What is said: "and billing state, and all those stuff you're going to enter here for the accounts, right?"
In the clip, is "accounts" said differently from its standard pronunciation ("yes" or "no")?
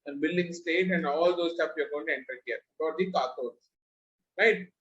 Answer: yes